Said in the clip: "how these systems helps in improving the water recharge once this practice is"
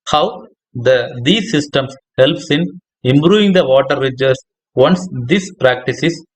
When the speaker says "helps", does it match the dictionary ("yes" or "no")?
yes